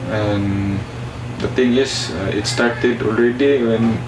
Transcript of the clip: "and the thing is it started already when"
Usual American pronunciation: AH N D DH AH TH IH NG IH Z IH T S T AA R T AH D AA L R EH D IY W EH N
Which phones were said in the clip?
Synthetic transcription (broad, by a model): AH N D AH T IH NG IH S IH T S T AA R T AH D AA L R EH D IY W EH N